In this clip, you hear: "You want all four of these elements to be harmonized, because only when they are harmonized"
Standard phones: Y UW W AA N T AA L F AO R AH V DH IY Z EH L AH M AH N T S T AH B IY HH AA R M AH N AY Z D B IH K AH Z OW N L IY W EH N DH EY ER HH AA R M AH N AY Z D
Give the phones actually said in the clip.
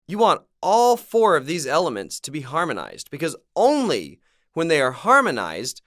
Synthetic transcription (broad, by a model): Y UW W AA N T AA L F AO R AH V DH IY Z EH L AH M AH N T S T AH B IY HH AA R M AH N AY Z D B IH K AH Z OW N L IY W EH N DH EY ER HH AA R M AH N AY Z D